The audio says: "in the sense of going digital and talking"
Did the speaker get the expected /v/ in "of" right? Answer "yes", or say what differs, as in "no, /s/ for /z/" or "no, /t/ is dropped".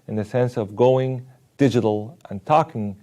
yes